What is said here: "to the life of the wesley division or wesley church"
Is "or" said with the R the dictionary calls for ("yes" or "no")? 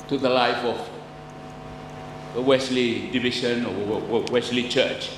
no